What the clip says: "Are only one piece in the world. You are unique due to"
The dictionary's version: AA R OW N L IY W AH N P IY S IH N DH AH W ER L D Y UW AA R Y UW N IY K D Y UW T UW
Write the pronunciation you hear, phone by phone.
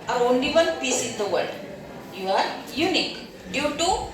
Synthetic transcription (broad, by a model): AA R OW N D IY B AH L P IY S IH N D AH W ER D Y UW AA R Y UW N IY K D Y UW T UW